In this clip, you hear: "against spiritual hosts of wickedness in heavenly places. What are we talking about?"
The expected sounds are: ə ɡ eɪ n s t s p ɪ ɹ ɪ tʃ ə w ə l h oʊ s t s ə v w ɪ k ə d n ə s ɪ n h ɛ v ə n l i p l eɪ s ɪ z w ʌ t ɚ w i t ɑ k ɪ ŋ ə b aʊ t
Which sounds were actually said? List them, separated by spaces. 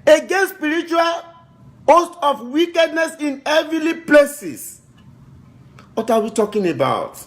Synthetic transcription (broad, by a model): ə ɡ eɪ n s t s p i ɹ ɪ tʃ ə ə l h oʊ s t ə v w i k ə d n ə s ɪ n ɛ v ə l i p l eɪ s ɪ s w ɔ t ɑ w i t ɑ k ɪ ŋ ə b aʊ t